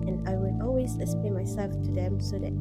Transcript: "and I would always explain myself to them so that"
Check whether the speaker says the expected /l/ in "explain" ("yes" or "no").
no